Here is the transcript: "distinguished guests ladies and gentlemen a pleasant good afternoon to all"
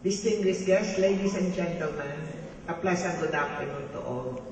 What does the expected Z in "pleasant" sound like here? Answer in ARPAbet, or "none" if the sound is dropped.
S